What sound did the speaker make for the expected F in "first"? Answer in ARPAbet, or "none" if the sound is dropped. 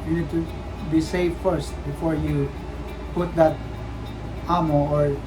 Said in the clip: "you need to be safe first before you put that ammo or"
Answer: F